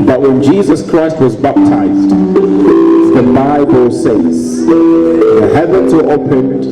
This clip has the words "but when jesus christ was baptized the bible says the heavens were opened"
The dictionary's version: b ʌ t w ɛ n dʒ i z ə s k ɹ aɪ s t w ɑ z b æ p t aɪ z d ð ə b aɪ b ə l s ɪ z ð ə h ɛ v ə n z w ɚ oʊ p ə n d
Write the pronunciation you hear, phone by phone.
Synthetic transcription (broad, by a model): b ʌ t w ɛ n dʒ i z ə s k ɹ aɪ s t w ɑ z b æ p t aɪ z d ð ə b aɪ b ə l s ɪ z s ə h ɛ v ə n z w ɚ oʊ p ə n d